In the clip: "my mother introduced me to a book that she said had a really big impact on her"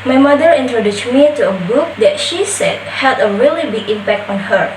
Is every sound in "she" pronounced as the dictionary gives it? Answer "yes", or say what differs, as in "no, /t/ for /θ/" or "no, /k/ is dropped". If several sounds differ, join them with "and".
yes